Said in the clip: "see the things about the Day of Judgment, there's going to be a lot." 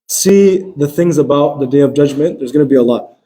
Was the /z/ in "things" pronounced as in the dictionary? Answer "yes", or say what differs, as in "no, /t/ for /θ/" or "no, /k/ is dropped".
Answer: yes